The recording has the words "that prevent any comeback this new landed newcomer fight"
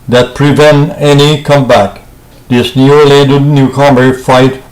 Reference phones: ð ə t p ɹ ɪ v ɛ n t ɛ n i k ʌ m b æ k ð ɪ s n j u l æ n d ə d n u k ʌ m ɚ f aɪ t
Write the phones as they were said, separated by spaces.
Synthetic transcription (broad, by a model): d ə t p ɹ ɪ v ɛ n t ɛ n i k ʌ m b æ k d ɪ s n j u l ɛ d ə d n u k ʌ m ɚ f aɪ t